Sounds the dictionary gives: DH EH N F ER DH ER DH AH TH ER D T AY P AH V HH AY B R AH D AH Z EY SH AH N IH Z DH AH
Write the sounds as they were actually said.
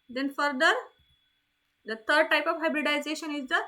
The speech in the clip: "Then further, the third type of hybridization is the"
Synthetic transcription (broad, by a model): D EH N F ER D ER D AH T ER D T AY P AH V HH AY B R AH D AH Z EY SH AH N IH Z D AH